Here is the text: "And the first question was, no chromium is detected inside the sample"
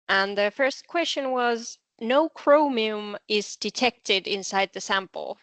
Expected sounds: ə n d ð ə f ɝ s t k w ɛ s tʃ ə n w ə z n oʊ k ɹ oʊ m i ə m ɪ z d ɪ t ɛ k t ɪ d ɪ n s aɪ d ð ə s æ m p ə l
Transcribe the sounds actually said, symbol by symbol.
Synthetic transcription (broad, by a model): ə n ð ə f ɝ s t k w ɛ s tʃ ə n w ə z n oʊ k ɹ oʊ m i ə m ɪ z d ɪ t ɛ k t ɪ d ɪ n s aɪ d ð ə s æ m p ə l